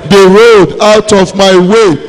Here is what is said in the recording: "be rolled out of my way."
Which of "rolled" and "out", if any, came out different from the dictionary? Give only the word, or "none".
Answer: rolled